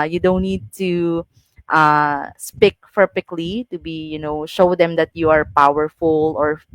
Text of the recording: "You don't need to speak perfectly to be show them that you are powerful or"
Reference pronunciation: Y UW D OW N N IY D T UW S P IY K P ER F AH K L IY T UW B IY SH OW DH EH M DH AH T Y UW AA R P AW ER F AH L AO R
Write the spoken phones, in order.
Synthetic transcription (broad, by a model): Y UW D OW N N IY D T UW S P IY K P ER P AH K L IY T UW B IY SH OW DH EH M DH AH T Y UW AA R P AW ER F AH L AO R